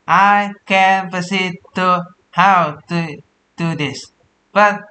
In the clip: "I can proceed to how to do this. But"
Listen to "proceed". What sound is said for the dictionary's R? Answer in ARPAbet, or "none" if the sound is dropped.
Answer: none